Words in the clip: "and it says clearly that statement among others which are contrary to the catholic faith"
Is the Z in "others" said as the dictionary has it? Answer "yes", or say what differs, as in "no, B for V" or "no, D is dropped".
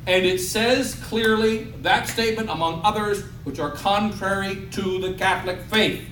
yes